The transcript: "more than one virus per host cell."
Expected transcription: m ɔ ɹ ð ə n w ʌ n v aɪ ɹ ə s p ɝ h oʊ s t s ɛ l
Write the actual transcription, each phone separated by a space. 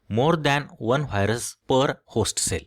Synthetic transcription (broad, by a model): m ɔ ɹ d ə n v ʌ n v aɪ ɹ ə s p ɝ h oʊ s t s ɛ l